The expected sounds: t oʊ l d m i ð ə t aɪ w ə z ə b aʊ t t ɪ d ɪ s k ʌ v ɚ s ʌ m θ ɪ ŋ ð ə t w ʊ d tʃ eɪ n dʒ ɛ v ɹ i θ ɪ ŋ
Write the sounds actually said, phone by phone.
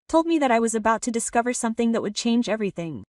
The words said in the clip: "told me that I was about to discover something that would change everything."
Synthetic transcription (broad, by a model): t oʊ l d m i ð ə t aɪ w ə z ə b aʊ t t ɪ d ɪ s k ʌ v ɚ s ʌ m θ ɪ ŋ ð ə t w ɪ d tʃ eɪ n dʒ ɛ v ɹ i θ ɪ ŋ